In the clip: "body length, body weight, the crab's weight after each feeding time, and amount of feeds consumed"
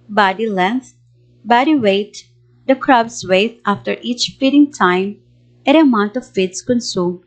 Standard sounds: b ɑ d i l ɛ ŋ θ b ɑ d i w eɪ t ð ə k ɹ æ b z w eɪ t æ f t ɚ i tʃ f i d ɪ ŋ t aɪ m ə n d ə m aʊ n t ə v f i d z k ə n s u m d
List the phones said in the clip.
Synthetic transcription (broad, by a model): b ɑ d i l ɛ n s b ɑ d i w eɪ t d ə k ɹ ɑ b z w eɪ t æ f t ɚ i tʃ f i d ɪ ŋ t aɪ m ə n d ə m aʊ n t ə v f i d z k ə n s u m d